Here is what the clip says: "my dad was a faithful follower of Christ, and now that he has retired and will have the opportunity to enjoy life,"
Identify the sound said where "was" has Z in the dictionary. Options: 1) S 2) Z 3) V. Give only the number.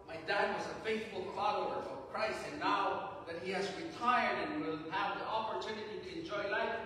2